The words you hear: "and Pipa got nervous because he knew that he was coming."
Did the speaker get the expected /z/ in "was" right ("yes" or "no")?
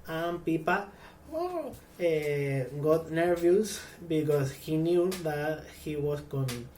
no